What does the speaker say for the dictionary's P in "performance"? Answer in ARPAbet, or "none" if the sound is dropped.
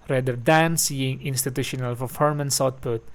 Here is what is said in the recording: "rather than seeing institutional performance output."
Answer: F